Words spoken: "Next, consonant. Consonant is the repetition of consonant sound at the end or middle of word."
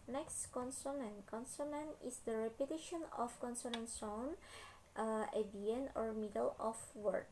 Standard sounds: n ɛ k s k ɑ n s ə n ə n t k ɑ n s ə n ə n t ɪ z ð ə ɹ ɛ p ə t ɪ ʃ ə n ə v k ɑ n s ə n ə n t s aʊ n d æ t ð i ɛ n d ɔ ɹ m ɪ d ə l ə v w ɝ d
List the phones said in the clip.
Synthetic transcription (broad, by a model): n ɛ k s k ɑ n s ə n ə n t k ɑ n s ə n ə n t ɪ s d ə ɹ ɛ p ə t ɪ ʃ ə n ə f k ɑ n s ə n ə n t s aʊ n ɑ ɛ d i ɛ n ɔ ɹ m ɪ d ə l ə f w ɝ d